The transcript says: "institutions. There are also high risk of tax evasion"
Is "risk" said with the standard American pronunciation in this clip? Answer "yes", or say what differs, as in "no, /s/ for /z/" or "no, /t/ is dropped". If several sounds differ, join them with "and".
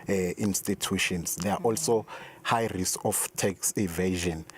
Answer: no, /k/ is dropped